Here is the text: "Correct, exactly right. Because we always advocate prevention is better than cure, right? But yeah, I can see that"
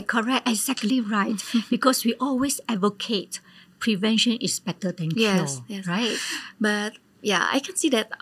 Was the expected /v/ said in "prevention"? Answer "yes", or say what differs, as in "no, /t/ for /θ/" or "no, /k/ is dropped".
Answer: yes